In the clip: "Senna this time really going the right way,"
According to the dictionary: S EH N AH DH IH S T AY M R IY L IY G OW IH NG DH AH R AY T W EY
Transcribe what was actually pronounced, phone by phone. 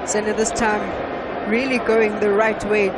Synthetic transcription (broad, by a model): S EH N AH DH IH S T AY M R IY L IY G OW IH NG DH AH R AY T W EY